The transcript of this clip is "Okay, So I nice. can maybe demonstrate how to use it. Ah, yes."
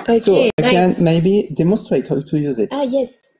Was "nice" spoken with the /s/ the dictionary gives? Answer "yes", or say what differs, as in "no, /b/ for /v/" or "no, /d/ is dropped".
no, /s/ is dropped